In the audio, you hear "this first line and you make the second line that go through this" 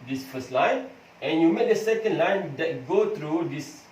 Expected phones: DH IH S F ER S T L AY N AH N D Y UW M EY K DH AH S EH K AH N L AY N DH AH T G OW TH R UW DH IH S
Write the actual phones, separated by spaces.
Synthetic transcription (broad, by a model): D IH S F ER S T L AY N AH N Y UW M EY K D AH S EH K AH N L AY N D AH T G OW T R UW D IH S